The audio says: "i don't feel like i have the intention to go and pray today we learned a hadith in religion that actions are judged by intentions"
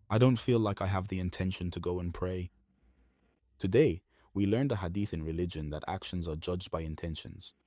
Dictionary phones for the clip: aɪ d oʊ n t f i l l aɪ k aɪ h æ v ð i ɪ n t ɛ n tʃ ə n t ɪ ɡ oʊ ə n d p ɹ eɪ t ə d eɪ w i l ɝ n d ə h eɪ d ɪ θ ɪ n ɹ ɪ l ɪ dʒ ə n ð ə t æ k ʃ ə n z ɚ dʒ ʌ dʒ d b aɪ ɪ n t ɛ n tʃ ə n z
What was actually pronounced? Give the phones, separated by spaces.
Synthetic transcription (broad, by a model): aɪ d oʊ n t f i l l aɪ k aɪ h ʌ v ð i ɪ n t ɛ n ʃ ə n t ɪ ɡ oʊ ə n p ɹ eɪ t ə d eɪ w i l ɝ n d ə h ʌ d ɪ θ ɪ n ɹ ɪ l ɪ dʒ ə n ð ə t æ k ʃ ə n z ɚ dʒ ʌ dʒ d b aɪ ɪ n t ɛ n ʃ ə n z